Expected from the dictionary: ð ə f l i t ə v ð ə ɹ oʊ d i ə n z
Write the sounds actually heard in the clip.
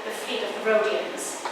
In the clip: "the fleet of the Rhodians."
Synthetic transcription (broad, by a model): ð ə f i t ə v ð ə ɹ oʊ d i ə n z